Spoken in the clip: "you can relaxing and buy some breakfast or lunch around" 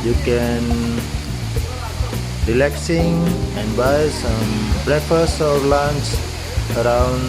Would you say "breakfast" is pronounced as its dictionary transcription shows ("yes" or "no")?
no